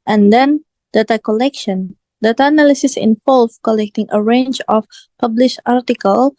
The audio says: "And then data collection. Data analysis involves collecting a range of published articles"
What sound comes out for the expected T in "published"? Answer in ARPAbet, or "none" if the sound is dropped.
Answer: none